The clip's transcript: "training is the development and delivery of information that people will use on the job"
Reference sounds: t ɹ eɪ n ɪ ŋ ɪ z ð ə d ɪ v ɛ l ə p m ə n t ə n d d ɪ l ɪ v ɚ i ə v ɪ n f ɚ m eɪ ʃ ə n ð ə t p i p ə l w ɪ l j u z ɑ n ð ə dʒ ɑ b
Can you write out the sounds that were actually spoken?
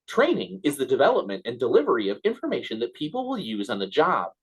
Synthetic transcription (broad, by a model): t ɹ eɪ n ɪ ŋ ɪ z ð ə d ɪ v ɛ l ə p m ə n t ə n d d ɪ l ɪ v ɚ i ə v ɪ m f ɚ m eɪ ʃ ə n ð ə t p i p l w ɪ l j u z n ð ə dʒ ɑ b